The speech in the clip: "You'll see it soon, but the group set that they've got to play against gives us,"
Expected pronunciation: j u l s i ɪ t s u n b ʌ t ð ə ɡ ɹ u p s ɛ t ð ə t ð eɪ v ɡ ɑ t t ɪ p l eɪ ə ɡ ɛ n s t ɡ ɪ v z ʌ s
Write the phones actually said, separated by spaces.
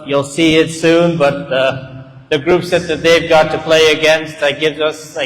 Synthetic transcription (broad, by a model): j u l s i ɪ t s u n b ʌ t ð ə ɡ ɹ u p s ɛ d ð ə t ð eɪ v ɡ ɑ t t ɪ p l eɪ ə ɡ ɛ n s t ɡ ɪ v z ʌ s